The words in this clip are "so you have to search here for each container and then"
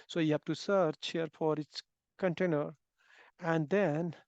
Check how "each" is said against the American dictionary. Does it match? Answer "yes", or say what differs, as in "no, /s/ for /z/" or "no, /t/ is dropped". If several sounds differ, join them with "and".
no, /s/ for /tʃ/